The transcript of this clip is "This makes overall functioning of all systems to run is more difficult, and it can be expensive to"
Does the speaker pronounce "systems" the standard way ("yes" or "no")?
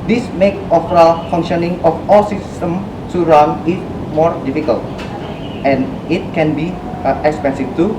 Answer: no